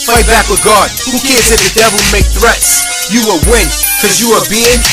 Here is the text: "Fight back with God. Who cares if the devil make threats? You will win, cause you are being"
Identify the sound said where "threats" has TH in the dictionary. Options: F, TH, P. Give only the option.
TH